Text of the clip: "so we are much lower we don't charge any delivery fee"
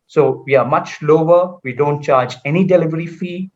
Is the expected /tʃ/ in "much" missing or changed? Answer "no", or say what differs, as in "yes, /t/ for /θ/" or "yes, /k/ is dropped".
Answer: no